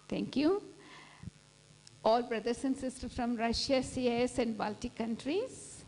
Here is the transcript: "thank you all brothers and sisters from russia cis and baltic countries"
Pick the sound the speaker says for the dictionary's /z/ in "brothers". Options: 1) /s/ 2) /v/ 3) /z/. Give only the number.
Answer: 1